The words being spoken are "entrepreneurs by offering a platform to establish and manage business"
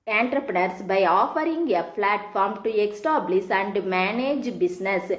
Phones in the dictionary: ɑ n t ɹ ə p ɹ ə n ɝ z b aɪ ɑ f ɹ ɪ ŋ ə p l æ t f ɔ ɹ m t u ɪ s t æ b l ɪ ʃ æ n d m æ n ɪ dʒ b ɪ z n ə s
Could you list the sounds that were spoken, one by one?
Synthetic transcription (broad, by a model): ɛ n t ɹ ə p ɹ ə n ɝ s b aɪ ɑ f ɹ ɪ ŋ ə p l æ t f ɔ ɹ m t u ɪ s t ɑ b l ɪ s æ n d m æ n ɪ dʒ b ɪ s n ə s